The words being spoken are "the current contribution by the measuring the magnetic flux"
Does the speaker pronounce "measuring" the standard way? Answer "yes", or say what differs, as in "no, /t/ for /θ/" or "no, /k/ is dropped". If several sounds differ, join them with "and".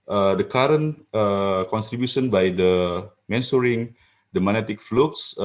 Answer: no, /s/ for /ʒ/